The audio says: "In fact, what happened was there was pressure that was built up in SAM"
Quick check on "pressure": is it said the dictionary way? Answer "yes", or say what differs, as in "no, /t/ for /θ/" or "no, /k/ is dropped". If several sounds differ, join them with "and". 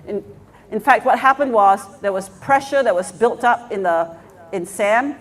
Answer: yes